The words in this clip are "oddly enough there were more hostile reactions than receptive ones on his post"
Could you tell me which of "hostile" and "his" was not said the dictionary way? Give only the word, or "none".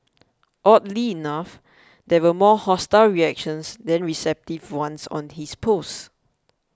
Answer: his